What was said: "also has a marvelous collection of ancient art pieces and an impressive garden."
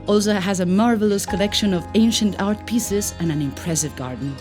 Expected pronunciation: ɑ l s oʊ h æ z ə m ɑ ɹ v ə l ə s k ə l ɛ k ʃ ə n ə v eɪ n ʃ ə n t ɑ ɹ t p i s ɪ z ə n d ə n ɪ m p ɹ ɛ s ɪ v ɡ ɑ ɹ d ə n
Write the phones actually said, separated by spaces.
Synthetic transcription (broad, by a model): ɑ l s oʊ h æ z ə m ɑ ɹ v ə l ə s k ə l ɛ k ʃ ə n ə v eɪ n ʃ ə n t ɑ ɹ t p i s ɪ z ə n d ə n ɪ m p ɹ ɛ s ɪ v ɡ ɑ ɹ d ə n